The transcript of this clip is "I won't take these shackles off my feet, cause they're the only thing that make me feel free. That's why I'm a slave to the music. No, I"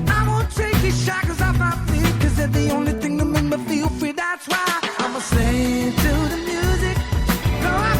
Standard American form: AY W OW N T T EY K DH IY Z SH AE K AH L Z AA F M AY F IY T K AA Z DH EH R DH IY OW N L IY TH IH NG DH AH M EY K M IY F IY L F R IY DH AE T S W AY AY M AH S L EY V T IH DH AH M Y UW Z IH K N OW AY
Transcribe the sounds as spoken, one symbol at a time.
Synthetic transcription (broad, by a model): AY W OW N T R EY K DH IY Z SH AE K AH Z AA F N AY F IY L K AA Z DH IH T DH IY OW N L IY TH IH NG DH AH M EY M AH F IY L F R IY DH AE T S W AY AY M AH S EY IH T IH DH AH M Y UW Z IH K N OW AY